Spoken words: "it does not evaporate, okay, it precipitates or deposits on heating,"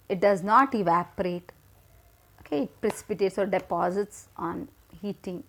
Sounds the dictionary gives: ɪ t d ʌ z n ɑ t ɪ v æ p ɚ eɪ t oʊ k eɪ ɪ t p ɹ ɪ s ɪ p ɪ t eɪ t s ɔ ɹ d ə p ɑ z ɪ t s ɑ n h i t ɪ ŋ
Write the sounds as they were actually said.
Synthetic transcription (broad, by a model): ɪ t d ʌ z n ɑ t ɪ v æ p ɚ eɪ t oʊ k eɪ ɪ t p ɹ ɪ s ɪ p ɪ t eɪ t s ɔ ɹ d ə p ɑ z ɪ t s ɑ n h i t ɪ ŋ